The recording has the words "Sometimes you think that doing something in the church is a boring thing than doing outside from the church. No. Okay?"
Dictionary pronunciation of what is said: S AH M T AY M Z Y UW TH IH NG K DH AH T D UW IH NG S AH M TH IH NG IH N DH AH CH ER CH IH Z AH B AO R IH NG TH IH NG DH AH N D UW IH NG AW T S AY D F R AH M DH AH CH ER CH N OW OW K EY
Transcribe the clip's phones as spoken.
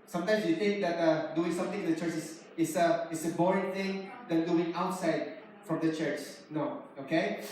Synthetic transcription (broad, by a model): S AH M T AY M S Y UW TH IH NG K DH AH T D UW IH NG S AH M T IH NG IH N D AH CH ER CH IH S AH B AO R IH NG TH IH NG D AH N D UW IH NG AW T S AY D F R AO M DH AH CH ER CH N OW OW K EY